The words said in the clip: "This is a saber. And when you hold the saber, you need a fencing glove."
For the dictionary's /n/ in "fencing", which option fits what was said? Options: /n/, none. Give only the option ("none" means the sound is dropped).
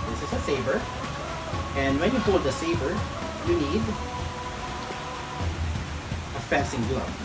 none